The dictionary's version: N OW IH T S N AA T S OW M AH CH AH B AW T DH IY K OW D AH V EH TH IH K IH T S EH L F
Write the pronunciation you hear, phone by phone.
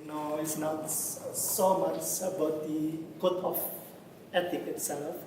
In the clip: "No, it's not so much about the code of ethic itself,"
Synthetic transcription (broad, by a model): N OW IH T S N AA T S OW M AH S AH B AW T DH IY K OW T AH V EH T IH K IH T S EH L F